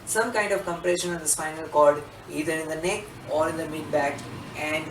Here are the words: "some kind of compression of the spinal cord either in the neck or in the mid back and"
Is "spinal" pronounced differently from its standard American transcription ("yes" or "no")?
yes